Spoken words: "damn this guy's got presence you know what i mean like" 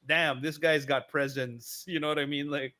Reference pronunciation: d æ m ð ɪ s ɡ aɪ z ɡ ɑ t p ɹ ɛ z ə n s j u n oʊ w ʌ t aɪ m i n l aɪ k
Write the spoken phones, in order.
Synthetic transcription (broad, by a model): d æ m ð ɪ s ɡ aɪ z ɡ ɑ t p ɹ ɛ z ə n s j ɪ n oʊ w ʌ t aɪ m i n l aɪ k